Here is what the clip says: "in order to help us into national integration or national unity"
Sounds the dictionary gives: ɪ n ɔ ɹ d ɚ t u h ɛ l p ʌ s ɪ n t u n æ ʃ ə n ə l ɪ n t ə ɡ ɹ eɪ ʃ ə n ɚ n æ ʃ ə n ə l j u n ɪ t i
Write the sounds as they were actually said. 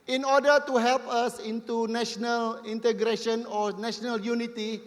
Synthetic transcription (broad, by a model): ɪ n ɔ d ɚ t u h ɛ l p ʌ s ɪ n t u n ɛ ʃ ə n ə l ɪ n t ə ɡ ɹ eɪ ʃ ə n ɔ n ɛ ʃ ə n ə l j u n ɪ t i